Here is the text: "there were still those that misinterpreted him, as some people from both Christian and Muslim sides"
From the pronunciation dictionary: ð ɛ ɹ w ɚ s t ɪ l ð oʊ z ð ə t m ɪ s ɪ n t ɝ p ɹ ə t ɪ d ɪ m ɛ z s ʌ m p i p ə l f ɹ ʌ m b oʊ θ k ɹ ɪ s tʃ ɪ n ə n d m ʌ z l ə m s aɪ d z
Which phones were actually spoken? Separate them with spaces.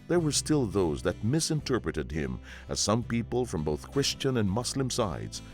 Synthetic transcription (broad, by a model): ð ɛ ɹ w ɚ s t ɪ l ð oʊ z ð ə t m ɪ s ɪ n t ɝ p ɹ ə t ɪ d ɪ m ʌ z s ʌ m p i p ə l f ɹ ʌ m b oʊ θ k ɹ ɪ s tʃ ɪ n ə n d m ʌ s l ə m s aɪ d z